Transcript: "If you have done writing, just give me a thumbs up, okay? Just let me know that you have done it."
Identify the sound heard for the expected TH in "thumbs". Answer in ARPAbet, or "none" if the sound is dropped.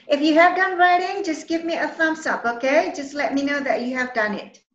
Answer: F